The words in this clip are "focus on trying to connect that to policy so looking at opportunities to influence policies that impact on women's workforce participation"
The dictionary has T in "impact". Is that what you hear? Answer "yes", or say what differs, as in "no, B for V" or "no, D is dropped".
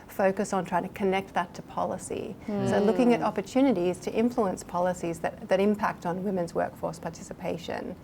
yes